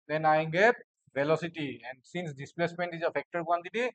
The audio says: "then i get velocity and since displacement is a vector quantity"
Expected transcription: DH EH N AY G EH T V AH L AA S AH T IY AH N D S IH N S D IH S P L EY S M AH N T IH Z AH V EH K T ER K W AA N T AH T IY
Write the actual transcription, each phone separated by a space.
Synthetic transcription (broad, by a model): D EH N AY G EH T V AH L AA S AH T IY AH N D S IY N S D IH S P L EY S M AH N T IH Z AH F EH K T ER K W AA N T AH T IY